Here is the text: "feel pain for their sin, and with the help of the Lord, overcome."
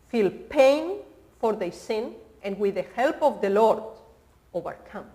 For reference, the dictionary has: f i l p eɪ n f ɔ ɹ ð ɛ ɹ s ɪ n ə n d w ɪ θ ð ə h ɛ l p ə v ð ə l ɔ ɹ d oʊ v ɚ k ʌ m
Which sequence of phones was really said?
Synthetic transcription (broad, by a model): f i l p eɪ n f ɔ ɹ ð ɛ s ɪ n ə n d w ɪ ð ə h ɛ l p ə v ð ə l ɔ ɹ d oʊ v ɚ k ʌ m